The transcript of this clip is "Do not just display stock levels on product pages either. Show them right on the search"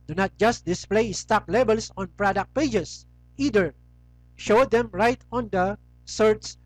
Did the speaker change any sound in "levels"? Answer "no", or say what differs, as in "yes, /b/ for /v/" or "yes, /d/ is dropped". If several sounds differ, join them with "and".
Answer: yes, /b/ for /v/ and /s/ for /z/